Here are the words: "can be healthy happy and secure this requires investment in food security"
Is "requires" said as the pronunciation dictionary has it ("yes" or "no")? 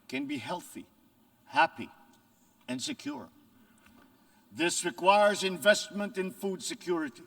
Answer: yes